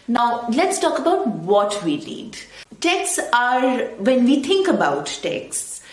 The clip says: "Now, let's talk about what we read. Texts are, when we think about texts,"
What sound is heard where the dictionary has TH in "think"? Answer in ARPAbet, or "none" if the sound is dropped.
T